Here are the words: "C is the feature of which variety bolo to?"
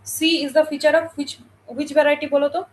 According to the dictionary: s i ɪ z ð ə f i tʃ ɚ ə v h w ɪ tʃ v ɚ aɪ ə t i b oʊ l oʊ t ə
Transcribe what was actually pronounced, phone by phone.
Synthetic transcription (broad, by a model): s i ɪ z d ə f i tʃ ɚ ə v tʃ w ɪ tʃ b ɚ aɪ t i b oʊ l oʊ t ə